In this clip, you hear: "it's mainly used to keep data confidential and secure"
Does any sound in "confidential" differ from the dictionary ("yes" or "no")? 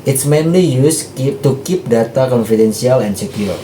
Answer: yes